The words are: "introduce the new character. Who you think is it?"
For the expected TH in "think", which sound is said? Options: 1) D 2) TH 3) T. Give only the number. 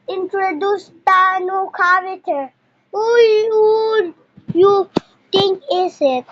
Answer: 3